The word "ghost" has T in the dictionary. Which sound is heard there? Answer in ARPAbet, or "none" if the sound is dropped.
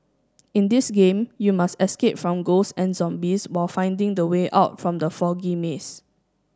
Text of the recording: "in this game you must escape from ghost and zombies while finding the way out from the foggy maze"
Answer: none